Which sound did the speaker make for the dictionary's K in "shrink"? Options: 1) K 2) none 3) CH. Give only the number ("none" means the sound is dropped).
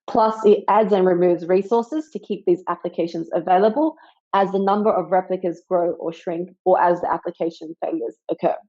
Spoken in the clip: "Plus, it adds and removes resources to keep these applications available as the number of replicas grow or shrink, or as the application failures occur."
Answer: 1